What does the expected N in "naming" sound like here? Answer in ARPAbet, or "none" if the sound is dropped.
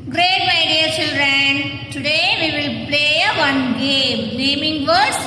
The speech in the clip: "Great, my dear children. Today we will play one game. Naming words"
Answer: L